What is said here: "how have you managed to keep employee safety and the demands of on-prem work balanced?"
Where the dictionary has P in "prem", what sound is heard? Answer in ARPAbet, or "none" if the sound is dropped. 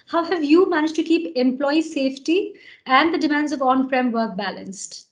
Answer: F